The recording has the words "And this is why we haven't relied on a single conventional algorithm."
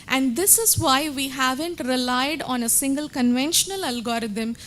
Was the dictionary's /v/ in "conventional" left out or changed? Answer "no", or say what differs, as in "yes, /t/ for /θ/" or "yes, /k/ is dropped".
no